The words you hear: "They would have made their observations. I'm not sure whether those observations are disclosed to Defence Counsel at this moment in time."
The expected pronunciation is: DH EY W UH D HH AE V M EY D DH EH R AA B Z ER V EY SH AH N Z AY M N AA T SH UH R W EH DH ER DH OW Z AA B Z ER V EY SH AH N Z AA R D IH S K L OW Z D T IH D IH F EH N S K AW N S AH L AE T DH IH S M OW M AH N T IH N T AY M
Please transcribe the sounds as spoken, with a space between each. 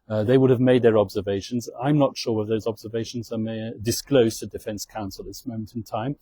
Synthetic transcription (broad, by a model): DH EY W UH D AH V M EY D DH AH R AA B Z ER V EY SH AH N Z AY M N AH T SH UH R W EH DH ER DH OW Z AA B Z ER V EY SH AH N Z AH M D IH S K L OW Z T IH D IH F EH N S K AW N S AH L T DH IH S M OW M AH N T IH N T AY M